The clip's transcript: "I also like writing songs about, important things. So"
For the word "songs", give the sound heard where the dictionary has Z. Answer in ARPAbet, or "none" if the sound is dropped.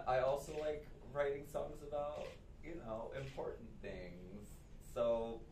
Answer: Z